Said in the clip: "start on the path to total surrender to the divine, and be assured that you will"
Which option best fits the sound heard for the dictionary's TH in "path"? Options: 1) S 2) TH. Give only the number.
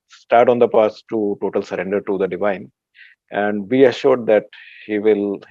1